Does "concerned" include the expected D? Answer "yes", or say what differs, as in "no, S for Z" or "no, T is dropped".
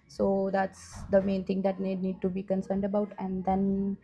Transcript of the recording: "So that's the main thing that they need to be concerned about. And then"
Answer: yes